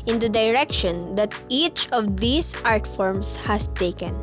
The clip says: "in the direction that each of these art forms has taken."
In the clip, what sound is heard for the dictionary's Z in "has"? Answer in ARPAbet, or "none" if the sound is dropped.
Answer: S